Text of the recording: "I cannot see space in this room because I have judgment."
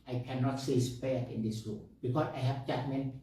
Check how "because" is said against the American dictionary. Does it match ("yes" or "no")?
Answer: no